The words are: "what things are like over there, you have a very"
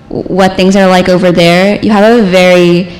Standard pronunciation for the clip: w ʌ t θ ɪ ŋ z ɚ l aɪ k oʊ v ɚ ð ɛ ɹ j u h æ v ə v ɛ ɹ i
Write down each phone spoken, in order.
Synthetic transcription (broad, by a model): w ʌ t θ ɪ ŋ z ɚ l aɪ k oʊ v ɚ ð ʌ ɹ j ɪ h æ v ə v ɛ ɹ i